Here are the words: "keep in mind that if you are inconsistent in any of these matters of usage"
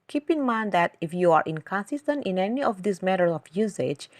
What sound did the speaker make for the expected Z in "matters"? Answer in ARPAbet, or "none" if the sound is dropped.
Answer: none